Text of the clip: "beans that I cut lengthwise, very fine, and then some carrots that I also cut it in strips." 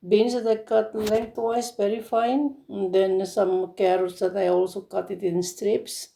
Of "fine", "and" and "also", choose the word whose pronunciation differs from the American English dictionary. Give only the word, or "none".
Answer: fine